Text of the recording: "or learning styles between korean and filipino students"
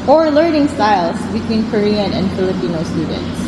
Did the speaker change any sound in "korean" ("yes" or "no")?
no